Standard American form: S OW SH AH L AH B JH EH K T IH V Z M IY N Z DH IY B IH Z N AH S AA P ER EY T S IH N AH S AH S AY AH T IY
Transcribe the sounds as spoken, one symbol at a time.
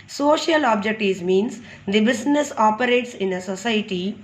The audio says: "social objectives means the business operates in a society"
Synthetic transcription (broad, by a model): S OW SH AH L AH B JH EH K T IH Z M IY N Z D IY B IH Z N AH S AA P ER EY T S IH N AH S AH S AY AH T IY